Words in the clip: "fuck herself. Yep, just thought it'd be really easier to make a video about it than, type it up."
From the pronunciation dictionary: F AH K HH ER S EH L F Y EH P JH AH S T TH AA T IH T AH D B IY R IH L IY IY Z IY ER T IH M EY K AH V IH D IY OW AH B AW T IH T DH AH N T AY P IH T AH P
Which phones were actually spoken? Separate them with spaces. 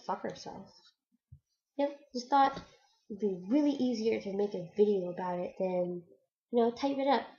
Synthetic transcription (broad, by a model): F AH K ER S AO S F Y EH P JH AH S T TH AA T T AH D B IY R IH L IY IY Z IY ER T IH M EY K AH V IH D IY OW AH B AW T IH T DH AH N T AY P IH T AH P